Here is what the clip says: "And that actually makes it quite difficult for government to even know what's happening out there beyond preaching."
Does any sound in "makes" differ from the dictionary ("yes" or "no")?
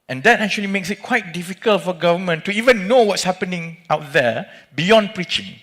no